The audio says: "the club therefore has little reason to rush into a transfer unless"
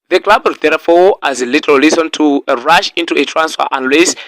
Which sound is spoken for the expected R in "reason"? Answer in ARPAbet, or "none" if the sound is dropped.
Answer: L